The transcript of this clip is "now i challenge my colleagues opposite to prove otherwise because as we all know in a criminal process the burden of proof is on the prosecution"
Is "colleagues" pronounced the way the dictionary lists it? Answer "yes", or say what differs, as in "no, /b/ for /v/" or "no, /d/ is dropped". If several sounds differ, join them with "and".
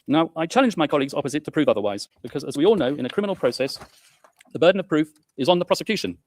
yes